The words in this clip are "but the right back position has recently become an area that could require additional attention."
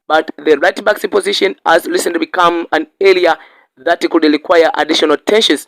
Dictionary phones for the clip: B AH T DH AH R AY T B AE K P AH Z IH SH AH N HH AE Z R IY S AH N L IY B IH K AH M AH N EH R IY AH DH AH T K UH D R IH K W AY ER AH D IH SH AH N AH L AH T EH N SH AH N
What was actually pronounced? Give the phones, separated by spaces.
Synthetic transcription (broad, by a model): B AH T DH AH R AY T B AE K P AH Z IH SH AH N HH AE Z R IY S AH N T B IH K AH M AH N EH L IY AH DH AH T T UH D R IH K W AY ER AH D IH SH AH N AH L T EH N SH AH N